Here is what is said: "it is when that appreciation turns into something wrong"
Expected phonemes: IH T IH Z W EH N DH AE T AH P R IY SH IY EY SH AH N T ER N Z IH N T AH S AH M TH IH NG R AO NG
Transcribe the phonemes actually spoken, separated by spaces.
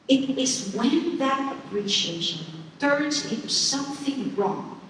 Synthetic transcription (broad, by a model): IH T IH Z W EH N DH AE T AH P R IY SH IY EY SH AH N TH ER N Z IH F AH S AH M TH IH NG R AO NG